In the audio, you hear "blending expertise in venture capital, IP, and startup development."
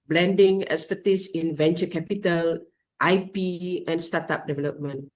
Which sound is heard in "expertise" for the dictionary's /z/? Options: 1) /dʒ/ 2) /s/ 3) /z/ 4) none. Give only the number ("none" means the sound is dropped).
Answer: 2